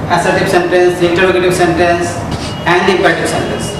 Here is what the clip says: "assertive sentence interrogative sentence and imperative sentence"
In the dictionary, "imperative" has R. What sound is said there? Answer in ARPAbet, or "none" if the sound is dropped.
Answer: none